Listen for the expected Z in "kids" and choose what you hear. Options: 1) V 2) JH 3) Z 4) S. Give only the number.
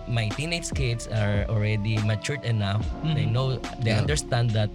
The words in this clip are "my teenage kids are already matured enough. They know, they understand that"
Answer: 4